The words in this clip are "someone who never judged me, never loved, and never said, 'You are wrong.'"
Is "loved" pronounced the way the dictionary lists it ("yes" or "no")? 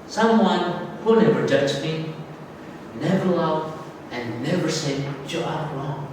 no